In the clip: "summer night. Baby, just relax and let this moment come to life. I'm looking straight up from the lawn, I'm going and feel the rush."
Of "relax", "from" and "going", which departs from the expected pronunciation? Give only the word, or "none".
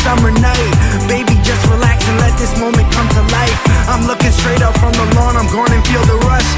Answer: none